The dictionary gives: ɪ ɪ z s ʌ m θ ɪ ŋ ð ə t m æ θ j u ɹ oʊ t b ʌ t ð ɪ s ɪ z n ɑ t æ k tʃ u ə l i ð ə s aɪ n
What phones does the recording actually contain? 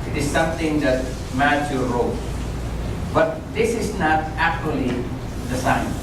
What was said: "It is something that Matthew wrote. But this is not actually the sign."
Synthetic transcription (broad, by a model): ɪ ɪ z s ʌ m t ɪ ŋ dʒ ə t m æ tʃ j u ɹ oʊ b ʌ t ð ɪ s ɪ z n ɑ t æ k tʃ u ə l i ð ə s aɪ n